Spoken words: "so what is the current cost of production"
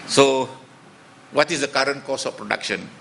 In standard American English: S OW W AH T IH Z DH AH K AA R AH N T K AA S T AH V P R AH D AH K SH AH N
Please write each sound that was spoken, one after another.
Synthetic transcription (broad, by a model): S OW W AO T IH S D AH K AA R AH N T K AA S AH F P R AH D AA K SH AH N